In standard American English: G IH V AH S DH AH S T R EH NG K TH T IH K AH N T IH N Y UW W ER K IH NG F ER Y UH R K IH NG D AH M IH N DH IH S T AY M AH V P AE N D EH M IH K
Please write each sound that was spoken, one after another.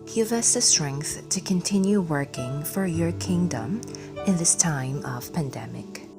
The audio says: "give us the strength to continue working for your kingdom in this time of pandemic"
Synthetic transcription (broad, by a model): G IH V AH S DH AH S T R EH NG K TH T IH K AH N T IH N Y UW W ER K IH NG F ER Y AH R K IH NG D AH M IH N DH IH S T AY M AH V P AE N D EH M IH K